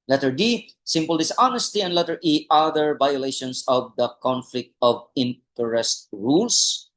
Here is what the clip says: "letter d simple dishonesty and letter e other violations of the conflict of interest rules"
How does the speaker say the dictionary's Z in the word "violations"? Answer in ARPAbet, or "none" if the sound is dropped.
S